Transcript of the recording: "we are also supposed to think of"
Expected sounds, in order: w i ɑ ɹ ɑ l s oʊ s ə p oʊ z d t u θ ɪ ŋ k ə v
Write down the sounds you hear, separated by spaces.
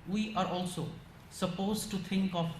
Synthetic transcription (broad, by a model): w i ɑ ɹ ɑ l s oʊ s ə p oʊ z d t u t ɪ ŋ k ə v